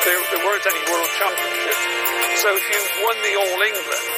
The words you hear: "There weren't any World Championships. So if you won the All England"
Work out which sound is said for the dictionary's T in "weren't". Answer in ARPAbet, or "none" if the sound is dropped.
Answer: T